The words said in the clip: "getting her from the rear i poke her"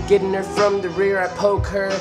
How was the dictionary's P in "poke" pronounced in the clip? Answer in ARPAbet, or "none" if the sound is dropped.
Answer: P